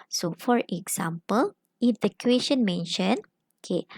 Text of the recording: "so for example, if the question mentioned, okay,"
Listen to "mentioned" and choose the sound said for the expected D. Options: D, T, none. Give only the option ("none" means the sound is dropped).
none